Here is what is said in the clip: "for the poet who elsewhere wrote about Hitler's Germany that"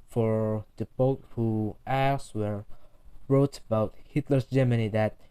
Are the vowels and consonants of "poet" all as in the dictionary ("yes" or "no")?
no